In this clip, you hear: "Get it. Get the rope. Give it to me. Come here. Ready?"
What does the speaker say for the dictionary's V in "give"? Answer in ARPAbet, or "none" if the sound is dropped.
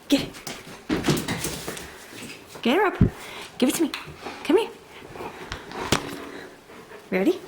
V